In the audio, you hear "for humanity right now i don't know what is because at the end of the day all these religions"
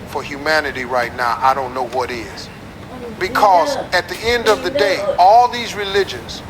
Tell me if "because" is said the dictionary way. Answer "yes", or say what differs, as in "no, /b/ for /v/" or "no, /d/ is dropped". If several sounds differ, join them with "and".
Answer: yes